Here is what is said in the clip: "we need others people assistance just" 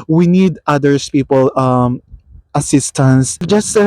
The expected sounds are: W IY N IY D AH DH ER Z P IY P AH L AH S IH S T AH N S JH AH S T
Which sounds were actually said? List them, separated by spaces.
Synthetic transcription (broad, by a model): W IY N IY D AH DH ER S P IY P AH L AH S IH S T AH N S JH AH S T